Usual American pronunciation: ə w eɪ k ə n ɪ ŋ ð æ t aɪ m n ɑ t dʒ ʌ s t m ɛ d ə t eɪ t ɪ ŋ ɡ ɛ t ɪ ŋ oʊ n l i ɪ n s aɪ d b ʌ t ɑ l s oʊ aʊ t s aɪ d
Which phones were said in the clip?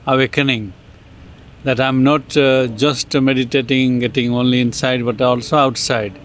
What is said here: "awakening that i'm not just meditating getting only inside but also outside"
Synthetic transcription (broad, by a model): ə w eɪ k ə n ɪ ŋ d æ t aɪ m n ɑ t dʒ ʌ s t m ɛ d ə t eɪ t ɪ ŋ ɡ ɛ t ɪ ŋ oʊ n l i ɪ n s aɪ d b ʌ t ɑ l s oʊ aʊ t s aɪ d